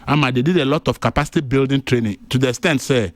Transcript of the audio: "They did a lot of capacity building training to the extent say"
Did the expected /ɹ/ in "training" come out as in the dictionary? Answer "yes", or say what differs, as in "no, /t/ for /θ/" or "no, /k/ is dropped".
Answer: yes